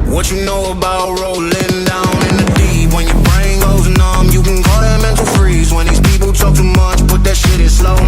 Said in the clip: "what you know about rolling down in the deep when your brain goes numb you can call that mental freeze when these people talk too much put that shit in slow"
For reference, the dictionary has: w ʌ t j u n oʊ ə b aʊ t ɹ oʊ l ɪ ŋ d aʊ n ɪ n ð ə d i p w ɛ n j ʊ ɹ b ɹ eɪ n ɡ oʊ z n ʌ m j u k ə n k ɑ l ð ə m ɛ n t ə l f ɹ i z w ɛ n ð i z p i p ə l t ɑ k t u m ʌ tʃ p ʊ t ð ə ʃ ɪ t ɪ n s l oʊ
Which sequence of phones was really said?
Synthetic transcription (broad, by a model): w ʌ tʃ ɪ n oʊ ə b aʊ t ɹ oʊ l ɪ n d aʊ n ɪ n ð ə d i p w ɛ n j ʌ ɹ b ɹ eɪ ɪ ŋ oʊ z n ʌ m j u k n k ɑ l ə m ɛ n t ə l f ɹ i z w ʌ n ð i z p i p l t ɑ k t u m ʌ tʃ b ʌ t ð ə ʃ ɪ t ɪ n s l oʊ